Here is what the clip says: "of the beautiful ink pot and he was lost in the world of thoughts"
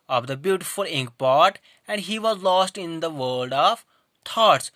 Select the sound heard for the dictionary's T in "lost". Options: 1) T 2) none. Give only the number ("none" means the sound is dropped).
1